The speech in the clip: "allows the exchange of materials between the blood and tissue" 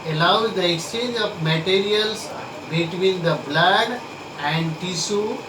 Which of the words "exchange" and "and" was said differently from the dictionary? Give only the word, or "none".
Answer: none